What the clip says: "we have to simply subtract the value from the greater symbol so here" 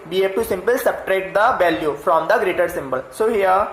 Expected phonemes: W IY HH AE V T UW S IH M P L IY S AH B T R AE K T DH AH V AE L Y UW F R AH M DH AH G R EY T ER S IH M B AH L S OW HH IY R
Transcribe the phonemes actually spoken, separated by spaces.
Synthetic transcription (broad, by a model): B IY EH P T UW S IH M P L S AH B T R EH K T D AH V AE L Y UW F R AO M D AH G R EY T ER S IH M B AH L S OW HH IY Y